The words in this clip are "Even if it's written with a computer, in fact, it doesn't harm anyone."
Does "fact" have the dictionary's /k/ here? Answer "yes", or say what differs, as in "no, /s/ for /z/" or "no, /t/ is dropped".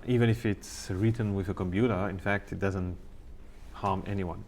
yes